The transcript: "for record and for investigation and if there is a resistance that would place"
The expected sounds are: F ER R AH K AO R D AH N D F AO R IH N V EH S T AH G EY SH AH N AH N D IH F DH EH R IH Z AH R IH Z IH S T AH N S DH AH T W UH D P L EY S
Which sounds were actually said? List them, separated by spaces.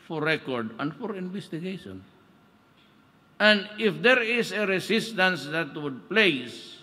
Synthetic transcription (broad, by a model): F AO R AH K AO R D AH N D F AO R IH N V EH S T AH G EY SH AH N AH N D IH F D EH R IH S AH R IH S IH S T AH N S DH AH T W UH D P L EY S